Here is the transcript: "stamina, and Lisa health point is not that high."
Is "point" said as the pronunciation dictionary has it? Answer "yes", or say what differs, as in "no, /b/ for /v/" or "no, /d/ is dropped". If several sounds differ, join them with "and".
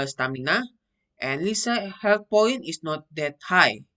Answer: no, /t/ is dropped